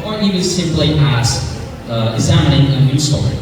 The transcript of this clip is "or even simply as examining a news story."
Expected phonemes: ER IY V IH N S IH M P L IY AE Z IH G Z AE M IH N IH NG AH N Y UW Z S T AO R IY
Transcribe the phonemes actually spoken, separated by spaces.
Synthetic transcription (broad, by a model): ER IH IH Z S IH M P L IY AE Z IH G Z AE M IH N IH NG AH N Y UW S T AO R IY